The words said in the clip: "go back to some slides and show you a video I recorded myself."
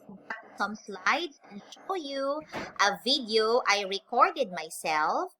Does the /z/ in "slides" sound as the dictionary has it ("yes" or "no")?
no